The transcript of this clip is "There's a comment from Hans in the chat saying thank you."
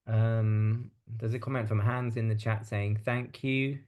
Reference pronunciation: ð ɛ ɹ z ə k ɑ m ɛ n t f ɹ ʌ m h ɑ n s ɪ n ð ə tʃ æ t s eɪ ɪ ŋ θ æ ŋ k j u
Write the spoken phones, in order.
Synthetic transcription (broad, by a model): ð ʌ z ə k ɑ m ɛ n t f ɹ ʌ m h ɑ n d ɪ n ð ə tʃ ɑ t s eɪ ɪ ŋ θ æ ŋ k j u